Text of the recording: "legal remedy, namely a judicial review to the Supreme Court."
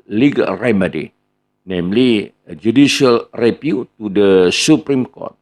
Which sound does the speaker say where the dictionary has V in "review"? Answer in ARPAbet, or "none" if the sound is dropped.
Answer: P